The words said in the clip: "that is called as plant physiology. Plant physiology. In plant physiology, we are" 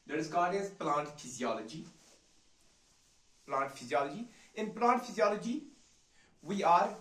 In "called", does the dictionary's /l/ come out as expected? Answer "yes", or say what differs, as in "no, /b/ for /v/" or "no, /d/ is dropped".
no, /l/ is dropped